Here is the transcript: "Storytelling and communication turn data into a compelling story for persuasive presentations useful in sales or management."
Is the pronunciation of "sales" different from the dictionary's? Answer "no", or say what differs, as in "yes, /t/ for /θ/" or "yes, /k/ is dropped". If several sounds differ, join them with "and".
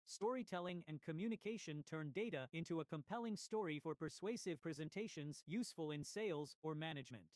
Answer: no